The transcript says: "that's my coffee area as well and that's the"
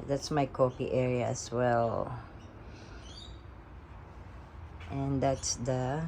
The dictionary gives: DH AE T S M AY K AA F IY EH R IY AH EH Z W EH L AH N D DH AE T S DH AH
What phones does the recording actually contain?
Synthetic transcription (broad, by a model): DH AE T S M AY K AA P IY EH R IY AH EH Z W EH L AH N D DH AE T S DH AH